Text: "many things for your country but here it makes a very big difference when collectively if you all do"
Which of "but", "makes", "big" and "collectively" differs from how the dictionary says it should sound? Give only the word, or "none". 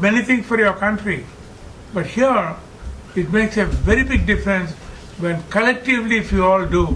none